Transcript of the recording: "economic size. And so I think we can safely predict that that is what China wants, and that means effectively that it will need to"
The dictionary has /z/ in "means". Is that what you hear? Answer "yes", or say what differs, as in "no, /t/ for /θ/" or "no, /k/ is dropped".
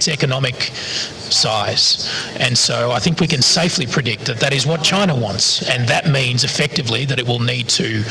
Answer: yes